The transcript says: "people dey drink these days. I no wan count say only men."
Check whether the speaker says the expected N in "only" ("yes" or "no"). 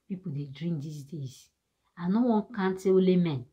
no